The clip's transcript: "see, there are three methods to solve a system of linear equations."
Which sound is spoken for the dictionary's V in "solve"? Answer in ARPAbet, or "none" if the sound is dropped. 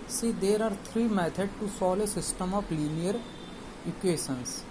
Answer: none